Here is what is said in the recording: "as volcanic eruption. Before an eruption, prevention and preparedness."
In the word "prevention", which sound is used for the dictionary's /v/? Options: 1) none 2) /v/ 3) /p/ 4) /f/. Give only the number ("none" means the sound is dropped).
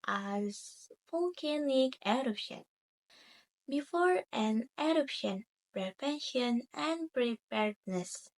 3